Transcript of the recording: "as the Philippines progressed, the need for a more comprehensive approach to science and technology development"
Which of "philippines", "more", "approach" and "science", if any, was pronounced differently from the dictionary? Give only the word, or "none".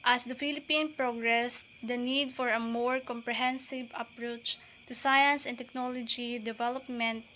philippines